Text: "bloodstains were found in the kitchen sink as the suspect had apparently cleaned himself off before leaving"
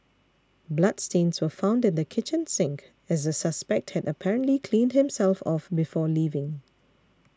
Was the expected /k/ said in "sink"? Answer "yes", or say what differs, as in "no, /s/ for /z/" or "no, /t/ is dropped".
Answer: yes